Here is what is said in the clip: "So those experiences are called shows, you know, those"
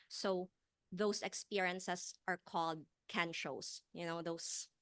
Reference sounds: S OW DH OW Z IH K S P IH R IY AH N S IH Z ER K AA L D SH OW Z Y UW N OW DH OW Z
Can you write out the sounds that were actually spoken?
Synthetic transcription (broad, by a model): S OW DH OW S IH K S P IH R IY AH N S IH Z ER K AA L D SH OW S Y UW N OW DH OW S